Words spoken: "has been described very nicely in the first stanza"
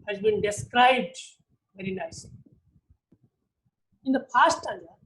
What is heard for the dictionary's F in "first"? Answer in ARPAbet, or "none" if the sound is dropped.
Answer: P